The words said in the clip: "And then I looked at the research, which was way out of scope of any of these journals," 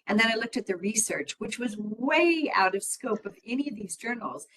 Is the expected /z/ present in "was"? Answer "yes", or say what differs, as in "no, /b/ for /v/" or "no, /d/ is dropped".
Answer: yes